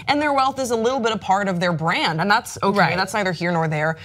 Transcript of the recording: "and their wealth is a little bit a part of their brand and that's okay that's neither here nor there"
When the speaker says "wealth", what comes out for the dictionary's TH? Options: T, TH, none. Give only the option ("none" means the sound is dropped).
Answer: TH